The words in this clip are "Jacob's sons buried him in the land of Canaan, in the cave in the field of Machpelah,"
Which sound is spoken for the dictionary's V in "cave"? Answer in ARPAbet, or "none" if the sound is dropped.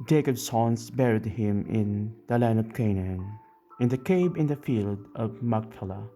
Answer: B